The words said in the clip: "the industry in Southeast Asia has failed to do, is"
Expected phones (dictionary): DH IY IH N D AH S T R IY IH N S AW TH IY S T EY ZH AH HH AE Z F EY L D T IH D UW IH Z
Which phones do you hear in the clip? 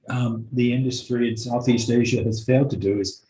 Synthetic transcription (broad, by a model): DH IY IH N D AH S T R IY IH N S AW TH IY S T EY ZH AH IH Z F EY L D T IH D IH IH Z